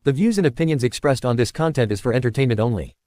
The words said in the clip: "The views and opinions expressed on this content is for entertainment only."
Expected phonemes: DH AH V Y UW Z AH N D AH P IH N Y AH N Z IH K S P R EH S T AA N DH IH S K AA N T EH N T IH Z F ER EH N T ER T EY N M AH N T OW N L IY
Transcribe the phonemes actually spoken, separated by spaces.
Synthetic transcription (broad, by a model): DH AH V Y UW Z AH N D AH P IH N Y AH N Z IH K S P R EH S T N DH IH S K AA N T EH N T IH Z F ER EH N T ER T EY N M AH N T OW N L IY